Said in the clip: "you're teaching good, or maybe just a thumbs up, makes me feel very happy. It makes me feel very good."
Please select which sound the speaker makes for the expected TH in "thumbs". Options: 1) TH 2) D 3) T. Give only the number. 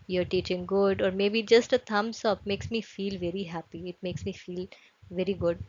3